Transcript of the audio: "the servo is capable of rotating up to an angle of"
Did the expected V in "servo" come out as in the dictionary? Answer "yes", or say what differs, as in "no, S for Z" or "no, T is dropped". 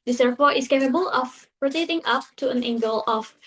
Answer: no, P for V